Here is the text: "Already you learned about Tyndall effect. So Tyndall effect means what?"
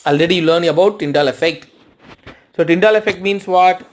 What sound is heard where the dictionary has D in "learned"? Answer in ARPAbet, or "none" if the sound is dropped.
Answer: none